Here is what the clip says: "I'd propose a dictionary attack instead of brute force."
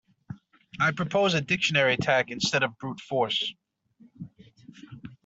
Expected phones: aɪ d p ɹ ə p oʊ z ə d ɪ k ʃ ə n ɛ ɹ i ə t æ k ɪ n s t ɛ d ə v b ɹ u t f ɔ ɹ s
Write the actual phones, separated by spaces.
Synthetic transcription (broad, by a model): aɪ p ɹ ə p oʊ z ə d ɪ k ʃ ə n ɛ ɹ i ə t æ k ɪ n s t ɛ d ə v b ɹ u t f ɔ ɹ s